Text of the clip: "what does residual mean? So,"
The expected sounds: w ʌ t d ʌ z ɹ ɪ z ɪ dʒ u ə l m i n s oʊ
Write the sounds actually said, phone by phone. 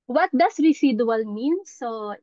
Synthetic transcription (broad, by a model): w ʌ t d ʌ s ɹ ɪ s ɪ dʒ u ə l m i n s oʊ